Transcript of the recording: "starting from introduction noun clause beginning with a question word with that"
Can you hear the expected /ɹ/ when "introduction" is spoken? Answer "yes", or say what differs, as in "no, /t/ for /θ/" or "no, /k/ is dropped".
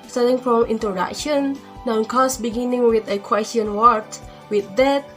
no, /ɹ/ is dropped